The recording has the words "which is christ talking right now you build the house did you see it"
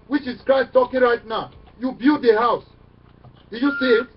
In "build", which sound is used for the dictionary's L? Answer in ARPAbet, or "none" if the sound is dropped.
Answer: none